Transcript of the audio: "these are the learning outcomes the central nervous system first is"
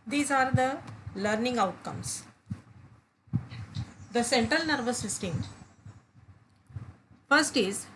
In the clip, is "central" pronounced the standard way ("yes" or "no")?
yes